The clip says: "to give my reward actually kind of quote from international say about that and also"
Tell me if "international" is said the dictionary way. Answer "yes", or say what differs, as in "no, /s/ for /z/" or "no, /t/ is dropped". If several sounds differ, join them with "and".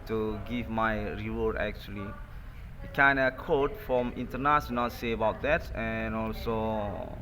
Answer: no, /s/ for /ʃ/